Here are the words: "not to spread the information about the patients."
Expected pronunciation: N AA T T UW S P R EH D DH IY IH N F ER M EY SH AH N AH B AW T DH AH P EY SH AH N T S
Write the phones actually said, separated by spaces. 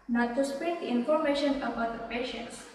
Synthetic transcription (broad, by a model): N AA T T UW S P EH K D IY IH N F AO M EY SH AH N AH B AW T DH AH P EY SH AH N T S